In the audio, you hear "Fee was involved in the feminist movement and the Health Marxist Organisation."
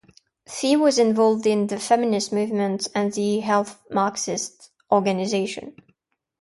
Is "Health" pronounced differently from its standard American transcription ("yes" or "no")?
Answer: no